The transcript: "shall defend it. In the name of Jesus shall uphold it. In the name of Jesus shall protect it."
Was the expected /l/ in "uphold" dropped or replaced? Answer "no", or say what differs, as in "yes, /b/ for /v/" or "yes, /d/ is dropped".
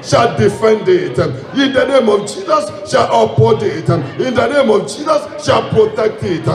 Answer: yes, /l/ is dropped